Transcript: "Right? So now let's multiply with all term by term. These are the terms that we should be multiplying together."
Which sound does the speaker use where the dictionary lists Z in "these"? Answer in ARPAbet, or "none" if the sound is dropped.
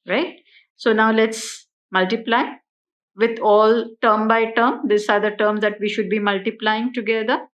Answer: S